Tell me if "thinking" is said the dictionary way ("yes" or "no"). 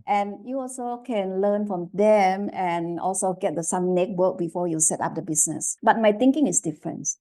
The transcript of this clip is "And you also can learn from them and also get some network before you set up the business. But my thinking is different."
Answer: no